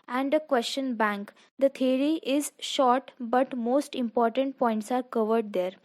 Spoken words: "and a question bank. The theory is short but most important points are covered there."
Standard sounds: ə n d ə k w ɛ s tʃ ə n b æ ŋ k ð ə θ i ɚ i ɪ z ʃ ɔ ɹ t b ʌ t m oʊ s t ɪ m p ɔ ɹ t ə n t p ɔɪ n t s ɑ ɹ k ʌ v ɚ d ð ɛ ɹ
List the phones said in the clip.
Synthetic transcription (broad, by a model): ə n d ə k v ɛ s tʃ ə n b æ ŋ k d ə t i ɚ i ɪ z ʃ ɔ ɹ t b ʌ t m oʊ s t ɪ m p ɔ ɹ t ə n t p ɔɪ n t s ɑ ɹ k ʌ v ɚ d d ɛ ɹ